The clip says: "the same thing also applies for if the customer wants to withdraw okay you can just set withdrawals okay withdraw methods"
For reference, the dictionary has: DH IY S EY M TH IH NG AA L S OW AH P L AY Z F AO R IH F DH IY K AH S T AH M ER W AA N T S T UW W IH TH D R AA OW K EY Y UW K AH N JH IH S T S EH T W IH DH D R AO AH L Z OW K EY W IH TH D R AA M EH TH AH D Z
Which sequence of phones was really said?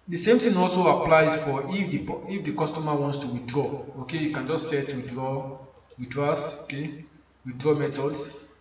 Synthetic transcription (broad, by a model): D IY S EY M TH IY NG AA L S OW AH P L AY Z F AO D IH F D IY K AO S T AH M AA W AA N T S T UW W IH D R AA OW K EY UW K AH N JH IH S T S EH T W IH D R AO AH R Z OW K EY W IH D R AA M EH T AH D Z